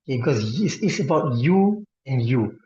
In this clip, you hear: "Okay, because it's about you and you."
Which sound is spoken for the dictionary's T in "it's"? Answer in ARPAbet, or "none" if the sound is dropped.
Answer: S